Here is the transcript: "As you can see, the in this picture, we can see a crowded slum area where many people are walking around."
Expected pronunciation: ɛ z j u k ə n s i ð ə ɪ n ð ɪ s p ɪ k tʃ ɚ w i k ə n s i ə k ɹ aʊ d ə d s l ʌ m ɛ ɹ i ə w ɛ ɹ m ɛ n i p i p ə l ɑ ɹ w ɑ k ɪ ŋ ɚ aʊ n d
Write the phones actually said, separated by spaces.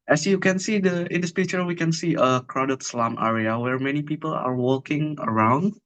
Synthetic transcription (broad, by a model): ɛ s j u k ə n s i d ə ɪ n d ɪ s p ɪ tʃ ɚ w i k ə n s i ə k ɹ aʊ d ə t s l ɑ m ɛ ɹ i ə w ɛ ɹ m ɛ n i p i p ə l ɑ ɹ w ɑ k ɪ ŋ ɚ aʊ n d